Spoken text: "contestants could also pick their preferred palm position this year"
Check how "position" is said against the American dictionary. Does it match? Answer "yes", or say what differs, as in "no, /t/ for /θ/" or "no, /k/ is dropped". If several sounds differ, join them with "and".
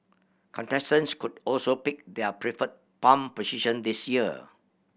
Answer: no, /s/ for /z/